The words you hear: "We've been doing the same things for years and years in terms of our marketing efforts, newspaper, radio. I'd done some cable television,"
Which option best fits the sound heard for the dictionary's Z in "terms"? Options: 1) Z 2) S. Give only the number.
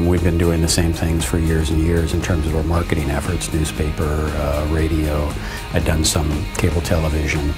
1